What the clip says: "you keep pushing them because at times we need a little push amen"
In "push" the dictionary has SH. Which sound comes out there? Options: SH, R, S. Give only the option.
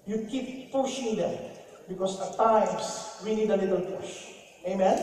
SH